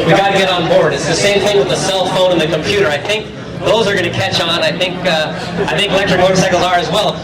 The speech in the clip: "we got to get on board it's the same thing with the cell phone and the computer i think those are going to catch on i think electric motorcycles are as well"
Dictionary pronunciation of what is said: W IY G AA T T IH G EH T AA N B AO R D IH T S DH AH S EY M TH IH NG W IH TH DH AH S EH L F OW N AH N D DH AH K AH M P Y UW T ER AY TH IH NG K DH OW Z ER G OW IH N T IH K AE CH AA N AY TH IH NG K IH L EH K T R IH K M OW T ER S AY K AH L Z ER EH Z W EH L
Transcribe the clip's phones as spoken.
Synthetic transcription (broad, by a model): W IY G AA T T IH G EH T N B AO R D IH T S DH AH S EY M TH IH NG W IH DH AH S EH L F OW N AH N DH AH K AH M P Y UW T ER AY TH IH NG K DH OW Z ER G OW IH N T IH K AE CH AA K AY TH IH NG K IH L EH K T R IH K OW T S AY K L Z ER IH Z W EH L